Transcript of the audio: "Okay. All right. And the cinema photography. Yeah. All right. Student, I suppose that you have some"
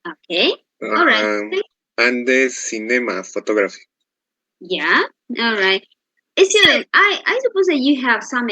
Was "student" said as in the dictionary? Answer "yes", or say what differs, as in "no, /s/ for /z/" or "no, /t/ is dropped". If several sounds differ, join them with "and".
no, /n/ is dropped